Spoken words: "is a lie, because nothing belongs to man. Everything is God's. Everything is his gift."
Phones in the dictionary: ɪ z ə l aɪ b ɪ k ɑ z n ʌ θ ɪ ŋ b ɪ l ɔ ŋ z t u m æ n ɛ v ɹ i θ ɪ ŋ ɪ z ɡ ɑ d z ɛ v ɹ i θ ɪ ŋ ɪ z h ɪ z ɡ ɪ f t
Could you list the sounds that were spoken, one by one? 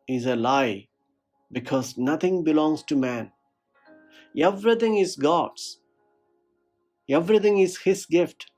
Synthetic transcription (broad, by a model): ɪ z ə l aɪ b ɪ k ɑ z n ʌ t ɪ ŋ b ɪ l ɔ ŋ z t u m æ n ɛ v ɹ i t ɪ ŋ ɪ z ɡ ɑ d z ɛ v ɹ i t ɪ ŋ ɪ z h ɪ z ɡ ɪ f t